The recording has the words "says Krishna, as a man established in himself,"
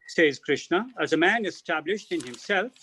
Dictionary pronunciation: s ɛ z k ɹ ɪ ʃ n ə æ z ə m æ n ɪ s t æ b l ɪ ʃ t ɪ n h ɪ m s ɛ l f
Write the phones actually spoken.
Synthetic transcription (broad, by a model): s ɛ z k ɹ ɪ ʃ n ə æ z ə m æ n ɪ s t æ b l ɪ ʃ t ɪ n h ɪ m s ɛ l f